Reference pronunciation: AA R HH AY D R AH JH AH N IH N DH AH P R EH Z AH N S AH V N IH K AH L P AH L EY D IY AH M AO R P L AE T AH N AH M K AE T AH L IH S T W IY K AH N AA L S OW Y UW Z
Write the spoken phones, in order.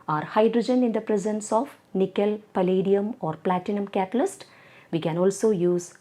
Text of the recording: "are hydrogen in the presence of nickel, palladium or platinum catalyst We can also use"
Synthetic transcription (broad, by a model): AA R HH AY D R AH JH AH N IH N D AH P R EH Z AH N S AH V N IH K AH L P AH L EY D IY AH M AO R P L AE T AH N AH M K AE T AH L IH S T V IY K AH N AA L S OW Y UW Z